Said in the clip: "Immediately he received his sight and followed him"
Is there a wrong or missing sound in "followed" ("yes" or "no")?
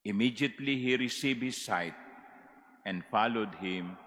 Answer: no